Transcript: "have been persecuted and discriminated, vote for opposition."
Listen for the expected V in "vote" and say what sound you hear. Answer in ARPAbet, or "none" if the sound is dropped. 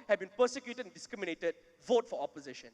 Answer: V